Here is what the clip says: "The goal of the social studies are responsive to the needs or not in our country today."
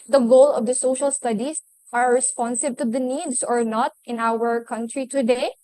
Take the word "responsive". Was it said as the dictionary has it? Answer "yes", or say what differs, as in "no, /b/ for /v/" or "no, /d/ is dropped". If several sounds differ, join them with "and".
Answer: no, /b/ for /v/